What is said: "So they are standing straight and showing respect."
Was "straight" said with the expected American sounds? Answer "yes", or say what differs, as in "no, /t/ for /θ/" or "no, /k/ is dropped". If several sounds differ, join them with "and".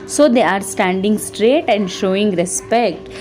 yes